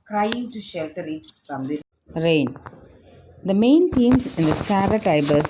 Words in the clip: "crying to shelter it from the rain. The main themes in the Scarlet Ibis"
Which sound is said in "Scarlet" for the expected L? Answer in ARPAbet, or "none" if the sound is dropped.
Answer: none